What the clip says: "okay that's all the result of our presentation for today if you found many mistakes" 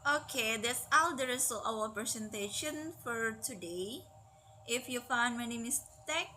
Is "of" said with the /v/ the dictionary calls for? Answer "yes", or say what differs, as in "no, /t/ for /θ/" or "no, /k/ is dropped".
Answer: no, /w/ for /v/